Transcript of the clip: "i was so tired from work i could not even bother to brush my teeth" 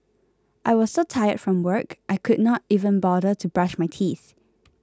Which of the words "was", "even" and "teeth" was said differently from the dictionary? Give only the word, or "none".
none